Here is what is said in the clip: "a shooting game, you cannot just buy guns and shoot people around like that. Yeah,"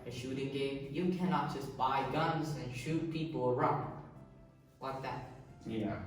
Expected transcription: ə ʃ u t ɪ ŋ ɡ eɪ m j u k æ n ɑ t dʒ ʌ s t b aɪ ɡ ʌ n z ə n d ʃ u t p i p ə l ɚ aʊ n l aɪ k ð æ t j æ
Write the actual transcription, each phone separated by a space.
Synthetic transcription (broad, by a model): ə ʃ u t ɪ ŋ ɡ eɪ m j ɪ k æ n ɑ t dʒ ʌ s b aɪ ɡ ʌ n z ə n ʃ u t p i p l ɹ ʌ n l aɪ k ð æ t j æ